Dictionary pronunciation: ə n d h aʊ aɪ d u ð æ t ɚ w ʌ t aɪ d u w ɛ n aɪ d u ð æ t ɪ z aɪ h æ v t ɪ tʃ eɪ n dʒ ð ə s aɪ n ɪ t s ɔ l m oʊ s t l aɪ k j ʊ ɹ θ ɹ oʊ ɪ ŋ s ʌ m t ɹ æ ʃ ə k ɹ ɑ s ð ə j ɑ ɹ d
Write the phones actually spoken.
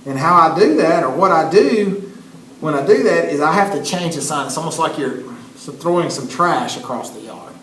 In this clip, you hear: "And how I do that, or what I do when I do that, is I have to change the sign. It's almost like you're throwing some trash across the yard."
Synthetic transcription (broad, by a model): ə n h aʊ aɪ d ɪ ð æ t ɚ w ʌ t aɪ d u w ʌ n aɪ d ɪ ð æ t ɪ z aɪ h æ f t ɪ tʃ eɪ n dʒ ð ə s aɪ n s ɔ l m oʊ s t l aɪ k j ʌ ɹ θ ɹ oʊ ɪ ŋ s ʌ m t ɹ æ ʃ ə k ɹ ɑ s ð ə j ɑ ɹ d